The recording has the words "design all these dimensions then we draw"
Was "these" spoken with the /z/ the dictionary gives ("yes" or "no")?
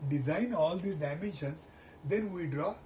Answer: no